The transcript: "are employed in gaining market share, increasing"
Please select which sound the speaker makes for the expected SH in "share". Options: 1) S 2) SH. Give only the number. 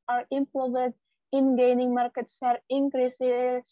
1